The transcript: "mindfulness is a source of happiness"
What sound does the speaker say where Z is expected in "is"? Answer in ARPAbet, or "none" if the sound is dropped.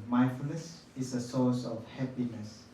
S